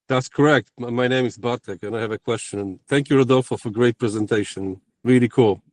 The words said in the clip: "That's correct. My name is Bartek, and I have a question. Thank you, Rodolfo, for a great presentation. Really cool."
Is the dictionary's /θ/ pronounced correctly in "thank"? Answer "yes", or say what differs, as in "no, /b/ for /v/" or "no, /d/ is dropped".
yes